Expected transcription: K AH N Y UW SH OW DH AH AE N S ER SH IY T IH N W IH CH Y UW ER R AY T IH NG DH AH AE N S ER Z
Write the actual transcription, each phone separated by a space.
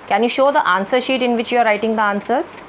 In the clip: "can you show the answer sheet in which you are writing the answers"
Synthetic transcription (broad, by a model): K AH N Y UW SH OW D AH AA N S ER SH IY T IH N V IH CH Y UW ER R AY T IH NG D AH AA N S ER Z